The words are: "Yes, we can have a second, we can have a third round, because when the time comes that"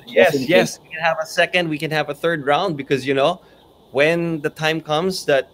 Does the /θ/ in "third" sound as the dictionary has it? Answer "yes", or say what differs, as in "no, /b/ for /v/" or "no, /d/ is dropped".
yes